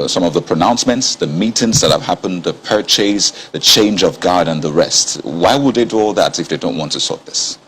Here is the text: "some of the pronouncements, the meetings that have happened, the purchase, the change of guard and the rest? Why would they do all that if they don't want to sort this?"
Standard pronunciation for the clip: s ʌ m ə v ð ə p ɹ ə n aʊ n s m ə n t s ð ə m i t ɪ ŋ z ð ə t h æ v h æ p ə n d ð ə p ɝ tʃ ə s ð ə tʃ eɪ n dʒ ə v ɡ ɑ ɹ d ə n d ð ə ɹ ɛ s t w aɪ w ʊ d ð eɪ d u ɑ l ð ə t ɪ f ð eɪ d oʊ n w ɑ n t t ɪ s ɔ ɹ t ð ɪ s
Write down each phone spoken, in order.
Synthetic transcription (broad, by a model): s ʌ m ə v ð ə p ɹ ə n aʊ n s m ə n t s ð ə m i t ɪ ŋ s ð ə t h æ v h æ p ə n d ð ə p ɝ tʃ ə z ð ə tʃ eɪ n dʒ ə v ɡ ɑ ɹ d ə n ð ə ɹ ɛ s t w aɪ w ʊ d ð eɪ d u ɑ l ð ə t ɪ f ð eɪ d oʊ n w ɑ n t t ɪ s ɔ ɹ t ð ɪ s